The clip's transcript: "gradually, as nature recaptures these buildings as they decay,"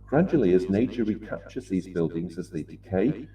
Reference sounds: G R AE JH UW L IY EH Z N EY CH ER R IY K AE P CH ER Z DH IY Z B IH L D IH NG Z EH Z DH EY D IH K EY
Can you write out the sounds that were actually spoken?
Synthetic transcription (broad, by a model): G R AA JH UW L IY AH Z N EY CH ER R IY K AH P CH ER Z DH IY Z B IH L D IH NG Z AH Z DH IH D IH K EY